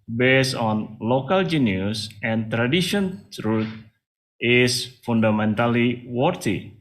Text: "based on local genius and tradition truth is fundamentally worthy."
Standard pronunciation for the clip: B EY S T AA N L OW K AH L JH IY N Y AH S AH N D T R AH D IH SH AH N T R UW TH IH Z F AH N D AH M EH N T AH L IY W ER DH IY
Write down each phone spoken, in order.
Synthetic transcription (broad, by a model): B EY S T AA N L OW K AH L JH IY N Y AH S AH N T R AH D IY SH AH N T R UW T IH S F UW N D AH M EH N T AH L IY W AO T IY